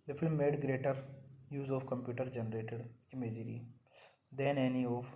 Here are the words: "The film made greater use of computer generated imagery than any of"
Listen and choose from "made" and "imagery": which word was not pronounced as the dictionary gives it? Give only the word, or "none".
none